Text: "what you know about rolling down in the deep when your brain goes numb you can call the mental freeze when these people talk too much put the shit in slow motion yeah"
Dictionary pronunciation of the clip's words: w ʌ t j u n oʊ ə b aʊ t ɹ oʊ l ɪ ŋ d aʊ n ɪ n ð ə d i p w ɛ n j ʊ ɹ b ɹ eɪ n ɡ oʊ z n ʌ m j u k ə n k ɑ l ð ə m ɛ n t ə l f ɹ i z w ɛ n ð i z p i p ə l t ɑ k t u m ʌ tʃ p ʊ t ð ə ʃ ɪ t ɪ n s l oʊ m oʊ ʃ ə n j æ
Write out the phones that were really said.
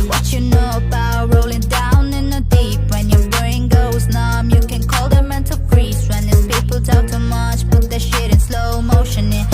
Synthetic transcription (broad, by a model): w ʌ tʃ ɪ n oʊ ə b aʊ t ɹ oʊ l ɪ ŋ d aʊ n ɪ n ð ə d i p w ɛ n j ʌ ɹ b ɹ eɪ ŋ ɡ oʊ z n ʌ m j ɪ k ə n k ɑ l ð ə m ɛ n t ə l p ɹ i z w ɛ n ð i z p i p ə l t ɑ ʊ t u m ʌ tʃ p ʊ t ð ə ʃ ɪ t ɪ n s l oʊ m oʊ ʃ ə n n